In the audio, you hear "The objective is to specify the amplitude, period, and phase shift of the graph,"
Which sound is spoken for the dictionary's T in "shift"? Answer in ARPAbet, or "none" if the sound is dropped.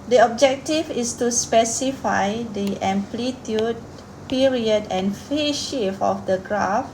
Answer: none